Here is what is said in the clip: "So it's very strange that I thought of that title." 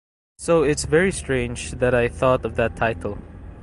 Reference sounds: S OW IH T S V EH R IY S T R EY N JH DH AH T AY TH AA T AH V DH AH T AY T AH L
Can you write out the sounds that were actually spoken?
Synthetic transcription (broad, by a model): S OW IH T S V EH R IY S T R EY N JH DH AH T AY TH AA T AH V DH AH T AY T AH L